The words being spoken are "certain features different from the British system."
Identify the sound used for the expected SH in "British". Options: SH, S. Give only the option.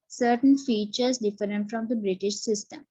SH